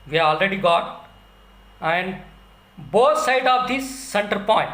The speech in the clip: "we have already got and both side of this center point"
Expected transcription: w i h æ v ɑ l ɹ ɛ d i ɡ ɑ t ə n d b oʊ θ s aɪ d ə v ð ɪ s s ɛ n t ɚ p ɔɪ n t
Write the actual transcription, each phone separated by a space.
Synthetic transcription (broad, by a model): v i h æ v ɑ l ɹ ɛ d i ɡ ɑ t ə n d b oʊ t s aɪ d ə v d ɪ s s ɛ n t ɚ p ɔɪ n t